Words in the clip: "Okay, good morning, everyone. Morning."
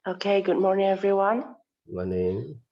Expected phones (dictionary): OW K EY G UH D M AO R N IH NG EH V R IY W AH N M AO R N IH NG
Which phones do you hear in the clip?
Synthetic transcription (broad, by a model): OW K EY G UH D M AO R N IH NG EH V R IY W AH N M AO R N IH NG